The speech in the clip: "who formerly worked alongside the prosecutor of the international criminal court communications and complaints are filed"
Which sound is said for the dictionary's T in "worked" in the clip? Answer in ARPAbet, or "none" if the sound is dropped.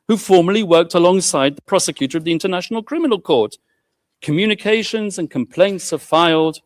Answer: T